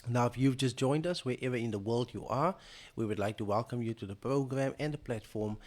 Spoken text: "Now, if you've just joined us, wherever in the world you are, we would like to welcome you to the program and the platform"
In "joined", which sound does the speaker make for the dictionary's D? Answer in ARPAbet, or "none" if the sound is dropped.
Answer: D